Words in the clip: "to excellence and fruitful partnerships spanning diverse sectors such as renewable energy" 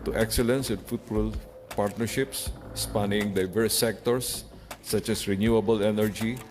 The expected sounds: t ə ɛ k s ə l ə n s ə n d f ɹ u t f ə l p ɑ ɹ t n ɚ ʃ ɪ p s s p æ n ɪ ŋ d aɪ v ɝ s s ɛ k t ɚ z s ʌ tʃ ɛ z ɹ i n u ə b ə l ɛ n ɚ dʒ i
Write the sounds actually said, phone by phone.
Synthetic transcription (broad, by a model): t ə ɛ k s ə l ə n s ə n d f u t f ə l p ɑ ɹ t n ɚ ʃ ɪ p s s p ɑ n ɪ ŋ d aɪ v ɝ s s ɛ k t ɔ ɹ s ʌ tʃ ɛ s ɹ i n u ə b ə l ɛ n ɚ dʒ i